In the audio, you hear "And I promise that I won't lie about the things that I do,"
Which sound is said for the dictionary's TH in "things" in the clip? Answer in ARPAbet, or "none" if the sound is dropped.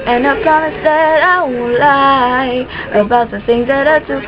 TH